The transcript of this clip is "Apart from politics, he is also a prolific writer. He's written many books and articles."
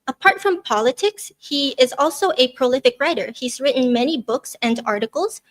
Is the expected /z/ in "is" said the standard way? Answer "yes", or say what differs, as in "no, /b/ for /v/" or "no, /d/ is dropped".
yes